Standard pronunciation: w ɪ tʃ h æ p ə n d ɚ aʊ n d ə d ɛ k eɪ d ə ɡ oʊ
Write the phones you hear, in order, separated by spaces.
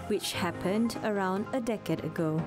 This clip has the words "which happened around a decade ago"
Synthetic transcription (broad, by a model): w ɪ tʃ h æ p ə n d ɚ aʊ n d ə d ɛ k eɪ d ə ɡ oʊ